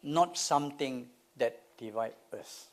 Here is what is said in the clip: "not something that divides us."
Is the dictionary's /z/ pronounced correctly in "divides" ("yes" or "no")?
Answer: no